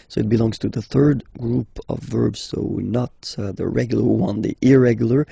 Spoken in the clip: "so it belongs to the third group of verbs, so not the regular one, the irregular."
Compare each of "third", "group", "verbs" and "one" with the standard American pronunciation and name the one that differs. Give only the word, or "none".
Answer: none